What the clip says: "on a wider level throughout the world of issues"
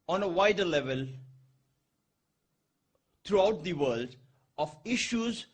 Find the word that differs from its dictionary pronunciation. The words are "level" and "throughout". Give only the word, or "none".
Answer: throughout